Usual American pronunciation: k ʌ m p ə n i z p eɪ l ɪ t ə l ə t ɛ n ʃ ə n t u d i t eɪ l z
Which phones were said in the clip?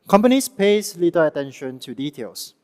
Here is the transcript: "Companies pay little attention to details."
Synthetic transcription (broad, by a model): k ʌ m p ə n i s p eɪ l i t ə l ə t ɛ n ʃ ə n t u d i t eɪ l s